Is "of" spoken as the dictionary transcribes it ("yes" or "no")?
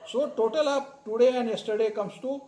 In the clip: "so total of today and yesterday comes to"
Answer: no